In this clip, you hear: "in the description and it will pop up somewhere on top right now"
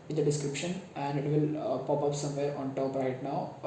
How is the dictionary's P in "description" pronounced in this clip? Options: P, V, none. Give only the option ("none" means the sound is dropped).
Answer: P